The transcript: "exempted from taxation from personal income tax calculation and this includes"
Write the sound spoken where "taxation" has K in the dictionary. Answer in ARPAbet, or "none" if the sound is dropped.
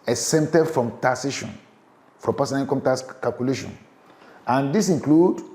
none